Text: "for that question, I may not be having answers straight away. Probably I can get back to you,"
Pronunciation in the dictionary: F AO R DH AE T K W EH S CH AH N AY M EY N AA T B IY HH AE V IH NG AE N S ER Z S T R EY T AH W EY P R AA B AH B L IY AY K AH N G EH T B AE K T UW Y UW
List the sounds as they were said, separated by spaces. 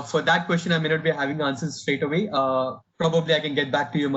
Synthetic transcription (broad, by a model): F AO R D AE T K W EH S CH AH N AY M EY N AA T B IY HH AE V IH NG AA N S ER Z S T R EY T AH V EY P R AA B AH B L IY AY K AH N G EH T B AE K T UW Y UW